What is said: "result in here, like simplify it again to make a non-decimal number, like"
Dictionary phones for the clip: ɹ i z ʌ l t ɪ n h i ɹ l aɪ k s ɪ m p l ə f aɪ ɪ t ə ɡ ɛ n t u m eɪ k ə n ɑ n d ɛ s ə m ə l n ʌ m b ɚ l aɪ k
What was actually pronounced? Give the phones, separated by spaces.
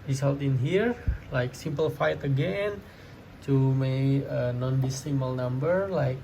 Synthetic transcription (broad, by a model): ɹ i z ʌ l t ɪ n h i ɹ l aɪ k s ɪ m p l f aɪ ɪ t ə ɡ ɛ n t u m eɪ ə n ɑ n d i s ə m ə l n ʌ m b ɚ l aɪ k